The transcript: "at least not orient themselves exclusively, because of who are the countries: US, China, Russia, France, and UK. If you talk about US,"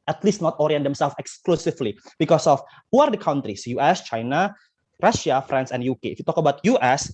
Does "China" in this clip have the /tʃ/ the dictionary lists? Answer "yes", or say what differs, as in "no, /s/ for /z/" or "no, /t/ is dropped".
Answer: yes